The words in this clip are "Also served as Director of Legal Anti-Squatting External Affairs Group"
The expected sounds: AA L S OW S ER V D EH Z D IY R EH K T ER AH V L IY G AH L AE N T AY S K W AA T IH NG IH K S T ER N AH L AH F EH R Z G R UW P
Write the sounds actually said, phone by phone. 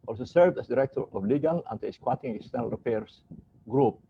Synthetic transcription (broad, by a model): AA L S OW S ER V D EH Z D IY R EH K T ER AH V L IY G AH L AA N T S K W AA T IH NG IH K S T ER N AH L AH P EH R S G R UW P